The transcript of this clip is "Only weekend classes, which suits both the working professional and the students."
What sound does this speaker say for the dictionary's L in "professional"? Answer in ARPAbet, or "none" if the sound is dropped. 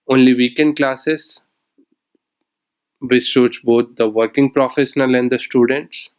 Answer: L